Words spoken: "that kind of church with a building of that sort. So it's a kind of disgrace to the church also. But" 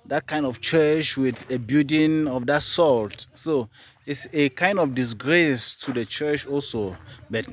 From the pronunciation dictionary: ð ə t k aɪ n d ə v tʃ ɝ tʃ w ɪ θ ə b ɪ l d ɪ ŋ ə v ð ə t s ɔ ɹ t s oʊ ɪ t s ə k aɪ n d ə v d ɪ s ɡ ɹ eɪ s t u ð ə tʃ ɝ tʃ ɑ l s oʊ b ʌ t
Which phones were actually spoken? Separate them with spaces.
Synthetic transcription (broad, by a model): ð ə t k aɪ n d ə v tʃ ɝ tʃ w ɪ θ ə b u d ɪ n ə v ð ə t s ɔ l t s oʊ ɪ t s ə k aɪ n d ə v d ɪ s ɡ ɹ eɪ s t u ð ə tʃ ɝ tʃ ɑ l s oʊ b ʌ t